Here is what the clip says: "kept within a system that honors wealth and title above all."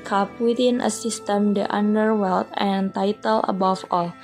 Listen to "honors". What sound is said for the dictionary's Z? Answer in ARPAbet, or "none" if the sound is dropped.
none